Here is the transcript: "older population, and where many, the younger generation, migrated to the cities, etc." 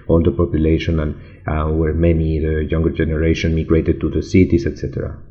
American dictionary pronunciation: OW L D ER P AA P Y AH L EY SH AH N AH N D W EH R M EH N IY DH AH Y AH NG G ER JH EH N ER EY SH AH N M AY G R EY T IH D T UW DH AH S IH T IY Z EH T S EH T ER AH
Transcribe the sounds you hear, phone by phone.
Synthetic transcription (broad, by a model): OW L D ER P AA P Y AH L EY SH AH N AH N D W EH R M EH N IY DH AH Y AH NG G ER JH EH N ER EY SH AH N M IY G R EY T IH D T UW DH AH S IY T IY S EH T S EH T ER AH